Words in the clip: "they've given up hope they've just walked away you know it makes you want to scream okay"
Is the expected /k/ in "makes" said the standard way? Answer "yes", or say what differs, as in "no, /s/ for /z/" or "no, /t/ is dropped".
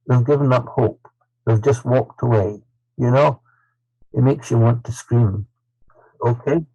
yes